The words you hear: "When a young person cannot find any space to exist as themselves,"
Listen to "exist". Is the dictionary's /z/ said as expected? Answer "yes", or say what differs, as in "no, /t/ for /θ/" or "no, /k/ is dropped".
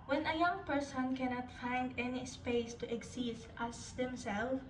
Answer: no, /s/ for /z/